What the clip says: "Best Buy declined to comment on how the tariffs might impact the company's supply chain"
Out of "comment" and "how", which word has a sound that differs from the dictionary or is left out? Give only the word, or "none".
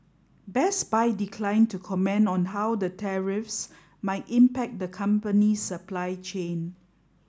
comment